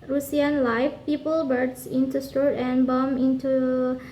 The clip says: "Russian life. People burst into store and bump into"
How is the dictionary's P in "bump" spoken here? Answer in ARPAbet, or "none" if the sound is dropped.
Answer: none